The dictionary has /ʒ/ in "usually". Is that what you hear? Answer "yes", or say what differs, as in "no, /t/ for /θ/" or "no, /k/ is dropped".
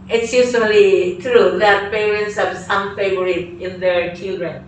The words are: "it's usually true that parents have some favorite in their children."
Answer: no, /s/ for /ʒ/